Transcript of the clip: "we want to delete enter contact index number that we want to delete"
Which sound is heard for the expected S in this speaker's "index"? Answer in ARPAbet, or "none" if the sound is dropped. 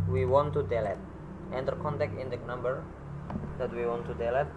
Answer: none